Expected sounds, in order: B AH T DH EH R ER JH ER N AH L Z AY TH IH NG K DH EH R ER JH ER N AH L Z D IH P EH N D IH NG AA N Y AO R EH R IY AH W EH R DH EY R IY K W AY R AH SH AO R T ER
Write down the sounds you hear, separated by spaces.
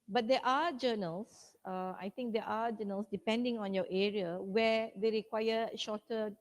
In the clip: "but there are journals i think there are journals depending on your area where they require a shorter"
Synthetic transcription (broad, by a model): B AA T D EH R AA JH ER N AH L S AY T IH NG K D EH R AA JH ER N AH L S D IH P EH N D IH NG AA N Y AO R EH R IY AH W EH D EY R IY K W AY AH SH AO T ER